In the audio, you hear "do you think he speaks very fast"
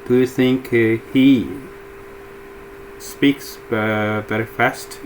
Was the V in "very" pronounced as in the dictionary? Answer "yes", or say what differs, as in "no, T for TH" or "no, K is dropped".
no, B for V